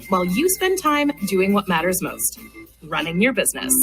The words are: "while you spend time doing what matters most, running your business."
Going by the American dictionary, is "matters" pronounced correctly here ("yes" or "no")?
yes